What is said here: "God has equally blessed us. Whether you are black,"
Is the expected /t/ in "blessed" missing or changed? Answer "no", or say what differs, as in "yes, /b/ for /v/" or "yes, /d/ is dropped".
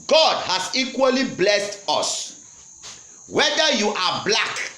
no